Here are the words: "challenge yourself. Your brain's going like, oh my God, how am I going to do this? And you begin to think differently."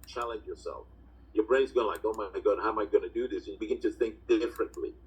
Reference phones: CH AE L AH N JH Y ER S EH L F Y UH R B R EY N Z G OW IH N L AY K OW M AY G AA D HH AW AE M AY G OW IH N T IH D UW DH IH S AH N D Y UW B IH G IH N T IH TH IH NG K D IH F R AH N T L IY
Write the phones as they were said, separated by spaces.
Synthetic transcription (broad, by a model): CH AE L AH N JH Y ER S EH L F Y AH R B R EY N Z G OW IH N L AY K OW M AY G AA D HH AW M AY G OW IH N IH D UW DH IH S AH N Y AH B IH G IH N T IH TH IH NG K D IH F R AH N T L IY